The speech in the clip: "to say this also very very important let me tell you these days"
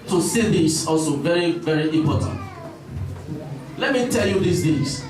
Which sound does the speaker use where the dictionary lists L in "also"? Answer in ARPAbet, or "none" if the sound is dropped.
L